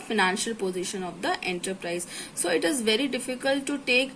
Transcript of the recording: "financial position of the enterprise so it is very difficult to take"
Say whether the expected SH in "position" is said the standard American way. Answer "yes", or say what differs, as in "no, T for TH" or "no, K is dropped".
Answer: yes